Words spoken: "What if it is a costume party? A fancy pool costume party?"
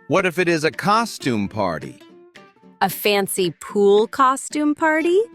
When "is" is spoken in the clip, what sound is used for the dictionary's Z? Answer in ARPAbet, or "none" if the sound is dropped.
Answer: Z